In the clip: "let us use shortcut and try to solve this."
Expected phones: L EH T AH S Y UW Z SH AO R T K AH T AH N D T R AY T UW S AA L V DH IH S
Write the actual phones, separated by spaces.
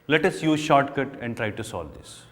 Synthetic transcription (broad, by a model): L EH T AH S Y UW Z SH AO R T K AH T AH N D T R AY T UW S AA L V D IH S